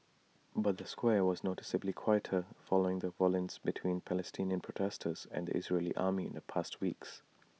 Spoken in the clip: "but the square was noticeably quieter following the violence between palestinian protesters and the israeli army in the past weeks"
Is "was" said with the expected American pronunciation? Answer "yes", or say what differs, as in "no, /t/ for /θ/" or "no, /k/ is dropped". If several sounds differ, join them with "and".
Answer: yes